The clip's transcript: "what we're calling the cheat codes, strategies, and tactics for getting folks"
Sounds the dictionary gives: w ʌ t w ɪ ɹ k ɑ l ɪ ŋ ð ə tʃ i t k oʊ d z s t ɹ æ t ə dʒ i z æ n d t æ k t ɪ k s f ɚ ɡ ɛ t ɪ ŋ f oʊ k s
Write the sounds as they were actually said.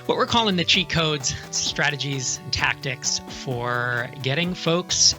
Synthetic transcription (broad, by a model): w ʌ t w ɪ ɹ k ɑ l ɪ ŋ ð ə tʃ i k oʊ d z s t ɹ æ t ə dʒ i z n t æ k t ɪ k s f ɚ ɡ ɛ t ɪ ŋ f oʊ k s